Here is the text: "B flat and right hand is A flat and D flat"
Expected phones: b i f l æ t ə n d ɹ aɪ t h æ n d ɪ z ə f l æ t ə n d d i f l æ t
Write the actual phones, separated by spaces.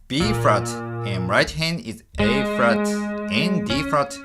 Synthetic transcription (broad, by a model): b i f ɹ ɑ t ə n ɹ aɪ t h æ n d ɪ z ə f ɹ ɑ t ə n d d i f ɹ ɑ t